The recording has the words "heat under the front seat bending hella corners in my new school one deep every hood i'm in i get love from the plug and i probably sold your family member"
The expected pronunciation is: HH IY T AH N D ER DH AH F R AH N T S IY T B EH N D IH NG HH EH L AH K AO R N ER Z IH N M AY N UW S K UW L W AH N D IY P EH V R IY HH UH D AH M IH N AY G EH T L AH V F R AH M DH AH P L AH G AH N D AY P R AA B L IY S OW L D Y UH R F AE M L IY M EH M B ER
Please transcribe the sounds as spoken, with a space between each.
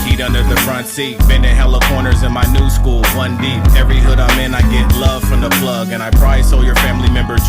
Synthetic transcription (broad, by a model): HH IY T AH N D ER DH AH F R AH N T S IY T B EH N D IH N HH EH L AH K AO R N ER Z IH N M AY N UW S K UW L W AH N D IY P EH V R IY HH UH D AH M IH N AY G EH T L AH V F R AH M DH AH P L AH G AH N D AY P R AA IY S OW L Y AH R F AE M L IY M EH M B ER